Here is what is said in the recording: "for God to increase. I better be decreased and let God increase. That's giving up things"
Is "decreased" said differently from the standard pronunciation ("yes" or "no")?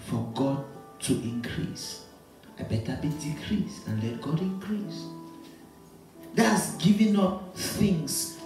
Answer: yes